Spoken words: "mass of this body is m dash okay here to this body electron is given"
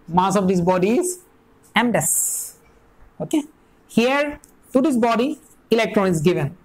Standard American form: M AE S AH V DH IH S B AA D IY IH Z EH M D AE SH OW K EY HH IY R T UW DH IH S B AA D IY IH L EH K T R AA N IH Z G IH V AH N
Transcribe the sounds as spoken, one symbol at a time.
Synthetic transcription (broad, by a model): M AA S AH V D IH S B AA D IY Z EH M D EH S OW K EY HH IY R T UW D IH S B AA D IY IH L EH K T R AA N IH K G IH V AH N